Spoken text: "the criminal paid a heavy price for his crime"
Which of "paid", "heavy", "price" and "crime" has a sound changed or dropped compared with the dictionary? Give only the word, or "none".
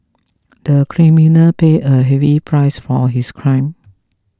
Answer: paid